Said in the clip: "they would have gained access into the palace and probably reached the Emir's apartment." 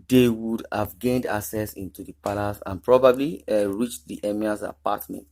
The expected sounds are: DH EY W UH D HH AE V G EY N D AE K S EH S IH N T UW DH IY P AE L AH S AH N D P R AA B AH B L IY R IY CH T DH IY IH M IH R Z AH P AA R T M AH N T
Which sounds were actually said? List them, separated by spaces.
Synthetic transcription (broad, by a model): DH EY W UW D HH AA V G EY N D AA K S EH S IH N T UW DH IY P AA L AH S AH N P R AA B AH B L IY R IY CH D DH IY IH M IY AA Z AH P AA T M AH N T